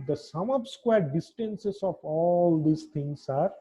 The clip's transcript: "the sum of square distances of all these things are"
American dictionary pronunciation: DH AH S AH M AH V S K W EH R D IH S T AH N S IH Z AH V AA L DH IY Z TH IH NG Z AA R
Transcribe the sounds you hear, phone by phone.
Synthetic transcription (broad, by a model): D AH S AH M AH P S K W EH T D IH S T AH N S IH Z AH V AA L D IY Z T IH NG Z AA R